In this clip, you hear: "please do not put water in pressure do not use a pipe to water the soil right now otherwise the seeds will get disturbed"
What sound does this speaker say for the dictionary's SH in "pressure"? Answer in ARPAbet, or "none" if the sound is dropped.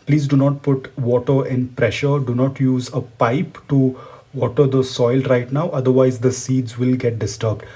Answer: SH